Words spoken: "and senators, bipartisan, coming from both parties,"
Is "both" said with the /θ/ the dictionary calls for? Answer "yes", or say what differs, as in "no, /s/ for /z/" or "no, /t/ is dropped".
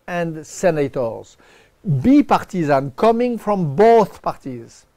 yes